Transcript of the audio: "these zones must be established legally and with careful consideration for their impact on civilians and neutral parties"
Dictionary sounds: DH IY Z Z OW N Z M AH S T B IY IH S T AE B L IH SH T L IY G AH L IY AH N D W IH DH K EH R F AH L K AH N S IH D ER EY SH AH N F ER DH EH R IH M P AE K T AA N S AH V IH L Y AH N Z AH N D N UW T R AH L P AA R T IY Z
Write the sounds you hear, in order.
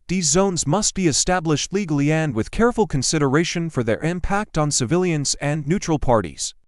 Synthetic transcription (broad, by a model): DH IY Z Z OW N Z M AH S T B IY IH S T AE B L IH SH T L IY G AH L IY AH N D W IH DH K EH R F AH L K AH N S IH D ER EY SH AH N F ER DH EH R IH M P AE K T N S AH V IH L Y AH N Z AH N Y UW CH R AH L P AA R T IY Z